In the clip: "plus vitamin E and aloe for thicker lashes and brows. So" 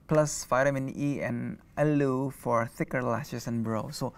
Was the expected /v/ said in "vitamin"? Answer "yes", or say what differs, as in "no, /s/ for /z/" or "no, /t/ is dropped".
no, /f/ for /v/